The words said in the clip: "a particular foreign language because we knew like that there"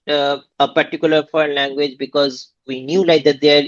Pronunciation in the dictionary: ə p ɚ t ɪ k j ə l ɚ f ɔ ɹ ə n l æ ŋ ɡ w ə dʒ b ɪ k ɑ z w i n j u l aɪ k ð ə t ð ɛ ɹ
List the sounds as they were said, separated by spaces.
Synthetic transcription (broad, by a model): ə p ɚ t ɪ k j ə l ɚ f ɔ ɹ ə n l æ ŋ ɡ w ə dʒ b ɪ k ɑ z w i n j u l aɪ k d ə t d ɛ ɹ